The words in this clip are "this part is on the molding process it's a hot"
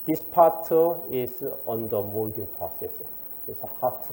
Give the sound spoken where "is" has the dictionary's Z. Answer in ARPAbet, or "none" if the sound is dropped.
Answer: S